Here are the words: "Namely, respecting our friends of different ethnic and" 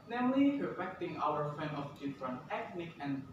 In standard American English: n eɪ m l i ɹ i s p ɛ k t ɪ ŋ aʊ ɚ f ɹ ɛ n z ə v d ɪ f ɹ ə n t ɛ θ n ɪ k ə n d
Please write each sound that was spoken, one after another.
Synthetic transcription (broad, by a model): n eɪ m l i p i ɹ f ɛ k t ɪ ŋ aʊ ɚ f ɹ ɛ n ə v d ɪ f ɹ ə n ɛ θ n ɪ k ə n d